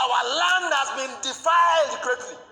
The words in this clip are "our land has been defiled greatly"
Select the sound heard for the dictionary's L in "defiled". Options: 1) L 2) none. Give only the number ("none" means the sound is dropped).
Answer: 2